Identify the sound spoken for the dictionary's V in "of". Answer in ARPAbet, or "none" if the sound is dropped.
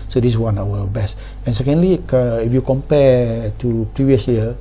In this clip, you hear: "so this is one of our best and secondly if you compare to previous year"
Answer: W